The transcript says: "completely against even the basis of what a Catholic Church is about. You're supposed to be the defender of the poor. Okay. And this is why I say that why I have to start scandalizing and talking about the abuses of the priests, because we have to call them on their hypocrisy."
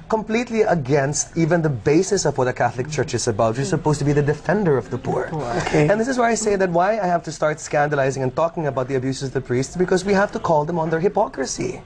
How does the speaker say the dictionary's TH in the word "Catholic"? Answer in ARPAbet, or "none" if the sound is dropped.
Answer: TH